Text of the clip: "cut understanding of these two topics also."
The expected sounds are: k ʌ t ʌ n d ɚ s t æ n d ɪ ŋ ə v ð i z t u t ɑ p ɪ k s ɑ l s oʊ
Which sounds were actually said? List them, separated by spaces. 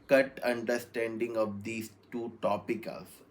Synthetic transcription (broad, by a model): k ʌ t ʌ n d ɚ s t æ n d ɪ ŋ ə v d i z t u t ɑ p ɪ k ʌ l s